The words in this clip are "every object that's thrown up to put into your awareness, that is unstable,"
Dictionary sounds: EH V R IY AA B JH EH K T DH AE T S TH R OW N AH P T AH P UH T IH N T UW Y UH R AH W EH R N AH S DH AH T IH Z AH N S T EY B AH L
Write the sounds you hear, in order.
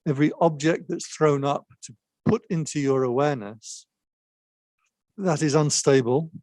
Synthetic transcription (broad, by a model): EH V R IY AA B JH EH K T DH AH T S TH R OW N AH P T AH P UH T IH N T UW Y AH R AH W EH N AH S DH AH T IH Z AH N S T EY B AH L